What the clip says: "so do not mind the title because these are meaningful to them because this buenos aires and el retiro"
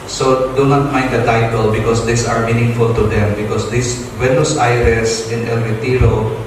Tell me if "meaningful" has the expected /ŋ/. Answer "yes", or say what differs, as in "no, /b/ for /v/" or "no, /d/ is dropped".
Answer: yes